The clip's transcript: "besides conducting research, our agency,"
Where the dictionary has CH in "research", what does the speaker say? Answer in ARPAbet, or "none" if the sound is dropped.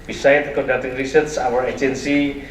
S